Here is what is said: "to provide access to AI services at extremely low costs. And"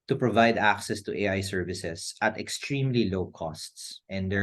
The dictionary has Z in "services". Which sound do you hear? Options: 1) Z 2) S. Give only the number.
2